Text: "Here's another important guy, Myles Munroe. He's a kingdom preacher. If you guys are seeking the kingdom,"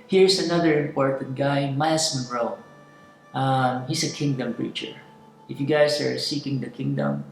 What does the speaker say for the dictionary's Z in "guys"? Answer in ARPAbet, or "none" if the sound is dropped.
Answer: S